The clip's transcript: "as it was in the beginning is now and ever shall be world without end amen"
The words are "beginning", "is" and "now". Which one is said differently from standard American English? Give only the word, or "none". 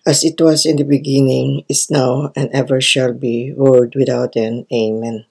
is